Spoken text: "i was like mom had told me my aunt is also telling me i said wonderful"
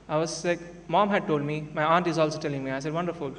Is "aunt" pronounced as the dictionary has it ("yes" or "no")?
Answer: yes